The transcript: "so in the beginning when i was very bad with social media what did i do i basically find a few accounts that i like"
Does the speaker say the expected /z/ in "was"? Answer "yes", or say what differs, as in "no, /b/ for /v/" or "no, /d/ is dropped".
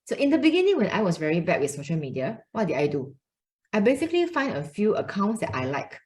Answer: no, /s/ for /z/